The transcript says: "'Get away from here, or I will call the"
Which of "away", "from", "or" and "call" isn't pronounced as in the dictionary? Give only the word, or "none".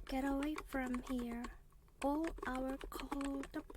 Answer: or